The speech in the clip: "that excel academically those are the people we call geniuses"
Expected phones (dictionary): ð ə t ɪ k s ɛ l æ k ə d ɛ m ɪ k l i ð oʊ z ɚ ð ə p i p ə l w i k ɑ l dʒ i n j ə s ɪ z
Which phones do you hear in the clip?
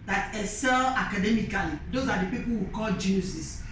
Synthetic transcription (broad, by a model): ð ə t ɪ s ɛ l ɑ k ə d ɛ m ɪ k l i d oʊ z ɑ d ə p i p ə l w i k ɑ l dʒ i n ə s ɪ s